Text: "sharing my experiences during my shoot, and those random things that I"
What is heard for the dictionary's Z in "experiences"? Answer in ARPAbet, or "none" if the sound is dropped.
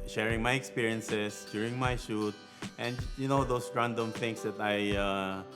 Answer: S